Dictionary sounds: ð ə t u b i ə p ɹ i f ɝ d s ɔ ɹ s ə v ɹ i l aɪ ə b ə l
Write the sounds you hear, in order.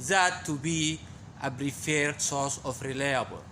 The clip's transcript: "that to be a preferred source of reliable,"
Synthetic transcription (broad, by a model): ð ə t u b i ə b ɹ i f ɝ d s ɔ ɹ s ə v ɹ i l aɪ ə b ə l